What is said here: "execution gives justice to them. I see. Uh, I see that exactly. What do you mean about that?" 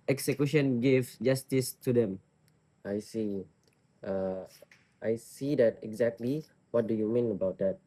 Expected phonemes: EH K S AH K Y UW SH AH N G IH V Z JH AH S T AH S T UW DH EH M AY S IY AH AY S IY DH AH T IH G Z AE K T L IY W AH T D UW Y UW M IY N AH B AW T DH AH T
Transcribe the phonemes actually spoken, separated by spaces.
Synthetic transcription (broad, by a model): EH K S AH K Y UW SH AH N G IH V JH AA S T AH S T UW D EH M AY S IY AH AY S IY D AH T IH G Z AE K T L IY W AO T D UW Y UW M IY N AH B AW T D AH T